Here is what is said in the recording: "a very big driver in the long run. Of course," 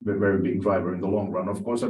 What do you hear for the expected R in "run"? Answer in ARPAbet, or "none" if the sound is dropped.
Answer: R